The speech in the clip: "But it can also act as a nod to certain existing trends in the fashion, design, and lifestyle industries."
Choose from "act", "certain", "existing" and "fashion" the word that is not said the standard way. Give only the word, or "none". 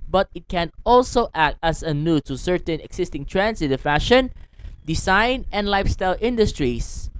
existing